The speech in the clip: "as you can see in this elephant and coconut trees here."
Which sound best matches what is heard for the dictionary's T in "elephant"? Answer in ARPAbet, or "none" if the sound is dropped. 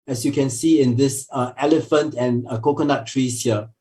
T